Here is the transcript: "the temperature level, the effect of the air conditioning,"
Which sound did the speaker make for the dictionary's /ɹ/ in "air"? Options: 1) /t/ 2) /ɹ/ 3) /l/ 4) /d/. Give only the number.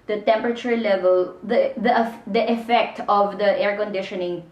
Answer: 2